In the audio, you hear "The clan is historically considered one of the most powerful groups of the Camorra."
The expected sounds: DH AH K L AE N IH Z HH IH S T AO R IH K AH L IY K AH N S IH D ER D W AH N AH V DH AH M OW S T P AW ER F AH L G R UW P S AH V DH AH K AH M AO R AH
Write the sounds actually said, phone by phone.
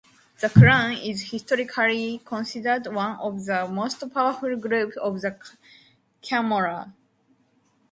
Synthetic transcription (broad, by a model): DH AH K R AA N IH Z HH IH S T AO R IH K AH L IY K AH N S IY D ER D W AH N AH V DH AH M OW S T P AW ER F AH L G R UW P AH V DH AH K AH M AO R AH